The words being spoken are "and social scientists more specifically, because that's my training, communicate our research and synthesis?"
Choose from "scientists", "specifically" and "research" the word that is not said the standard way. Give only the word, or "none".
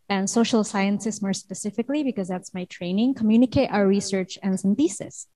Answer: scientists